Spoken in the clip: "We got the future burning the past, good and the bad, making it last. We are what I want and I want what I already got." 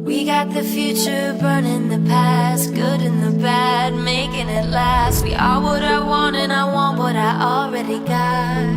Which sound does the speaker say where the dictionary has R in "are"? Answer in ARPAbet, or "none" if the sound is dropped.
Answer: L